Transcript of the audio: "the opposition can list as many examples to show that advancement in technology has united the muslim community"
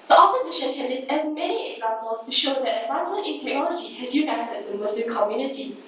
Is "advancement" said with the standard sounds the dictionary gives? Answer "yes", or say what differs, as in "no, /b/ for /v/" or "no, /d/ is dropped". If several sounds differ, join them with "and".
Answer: no, /s/ is dropped